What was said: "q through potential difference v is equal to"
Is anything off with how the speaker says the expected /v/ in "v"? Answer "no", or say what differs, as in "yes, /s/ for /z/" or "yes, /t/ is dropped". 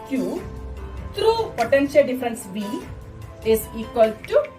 yes, /b/ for /v/